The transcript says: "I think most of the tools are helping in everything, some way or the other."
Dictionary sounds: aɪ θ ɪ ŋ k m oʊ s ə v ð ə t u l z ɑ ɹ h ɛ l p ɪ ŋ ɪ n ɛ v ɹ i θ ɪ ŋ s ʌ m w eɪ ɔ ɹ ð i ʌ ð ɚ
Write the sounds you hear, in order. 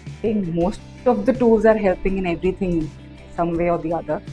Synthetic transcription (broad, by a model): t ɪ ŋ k m oʊ s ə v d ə t u l z ɑ ɹ h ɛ l p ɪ ŋ ɪ n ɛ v ɹ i t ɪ ŋ s ʌ m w eɪ ɔ ɹ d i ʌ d ɚ